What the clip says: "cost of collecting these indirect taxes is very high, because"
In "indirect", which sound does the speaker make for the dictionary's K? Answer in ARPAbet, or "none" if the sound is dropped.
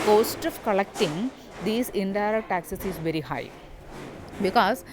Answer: none